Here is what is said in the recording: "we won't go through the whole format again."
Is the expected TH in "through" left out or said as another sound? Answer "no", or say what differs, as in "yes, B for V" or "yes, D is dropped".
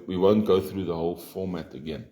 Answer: no